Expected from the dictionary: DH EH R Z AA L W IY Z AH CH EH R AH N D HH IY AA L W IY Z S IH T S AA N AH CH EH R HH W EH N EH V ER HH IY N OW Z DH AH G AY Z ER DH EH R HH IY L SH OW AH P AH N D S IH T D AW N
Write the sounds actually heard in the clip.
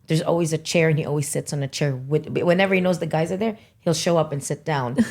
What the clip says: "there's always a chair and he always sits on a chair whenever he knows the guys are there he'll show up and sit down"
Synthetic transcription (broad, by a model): DH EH R Z AA L W IY Z AH CH EH R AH N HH IY AA L W IY Z S IH T S N AH CH EH R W W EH N EH V ER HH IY N OW Z DH AH G AY Z ER DH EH R HH IY L SH OW AH P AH N S IH T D AW N